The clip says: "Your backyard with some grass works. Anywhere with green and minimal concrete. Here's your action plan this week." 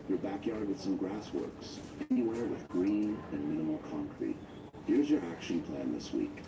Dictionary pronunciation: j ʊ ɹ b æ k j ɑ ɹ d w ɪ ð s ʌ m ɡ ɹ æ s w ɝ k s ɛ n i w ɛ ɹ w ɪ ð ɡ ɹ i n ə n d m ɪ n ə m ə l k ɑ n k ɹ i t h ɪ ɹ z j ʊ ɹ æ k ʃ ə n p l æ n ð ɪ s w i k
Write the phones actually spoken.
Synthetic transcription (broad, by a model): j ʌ ɹ b æ k j ɑ ɹ d w ɪ ð s ʌ m ɡ ɹ æ s w ɝ k s ɛ n i w ɛ ɹ w ɪ ð ɡ ɹ i n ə n m ɪ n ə m l k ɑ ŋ k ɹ i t h ɪ ɹ z j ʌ ɹ æ k ʃ ə n p l æ n ð ɪ s w i k